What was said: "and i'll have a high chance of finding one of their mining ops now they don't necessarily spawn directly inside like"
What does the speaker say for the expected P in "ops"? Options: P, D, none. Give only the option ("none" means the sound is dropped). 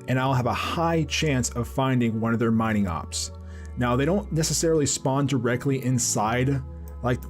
P